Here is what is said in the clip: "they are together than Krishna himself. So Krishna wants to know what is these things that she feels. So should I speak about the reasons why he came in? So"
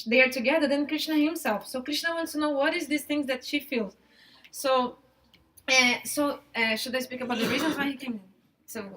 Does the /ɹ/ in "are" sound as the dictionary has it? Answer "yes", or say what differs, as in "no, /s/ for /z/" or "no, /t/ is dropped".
yes